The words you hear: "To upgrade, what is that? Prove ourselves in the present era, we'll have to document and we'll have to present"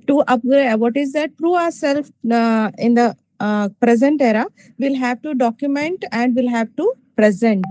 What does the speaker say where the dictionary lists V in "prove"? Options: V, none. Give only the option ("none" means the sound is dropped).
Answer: none